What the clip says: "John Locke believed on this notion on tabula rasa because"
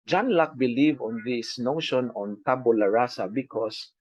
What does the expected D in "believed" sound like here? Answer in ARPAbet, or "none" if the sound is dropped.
none